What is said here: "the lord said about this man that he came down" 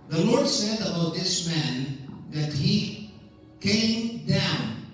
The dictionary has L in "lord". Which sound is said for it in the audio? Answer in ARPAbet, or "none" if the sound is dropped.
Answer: L